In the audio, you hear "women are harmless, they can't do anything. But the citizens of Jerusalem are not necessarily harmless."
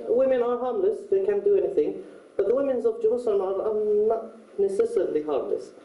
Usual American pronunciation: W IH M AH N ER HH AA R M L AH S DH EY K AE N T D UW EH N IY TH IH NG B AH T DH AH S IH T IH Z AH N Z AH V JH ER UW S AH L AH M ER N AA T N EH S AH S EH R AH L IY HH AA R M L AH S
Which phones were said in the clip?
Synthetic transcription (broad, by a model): W IH M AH N ER HH AA R M L AH S DH EY K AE N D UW EH N IY TH IH NG B AH T DH AH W IH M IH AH N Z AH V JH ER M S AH N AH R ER N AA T N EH S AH S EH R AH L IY HH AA R M L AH S